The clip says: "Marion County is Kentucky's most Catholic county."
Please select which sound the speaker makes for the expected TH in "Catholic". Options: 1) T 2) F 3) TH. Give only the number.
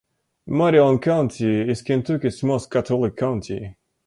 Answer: 1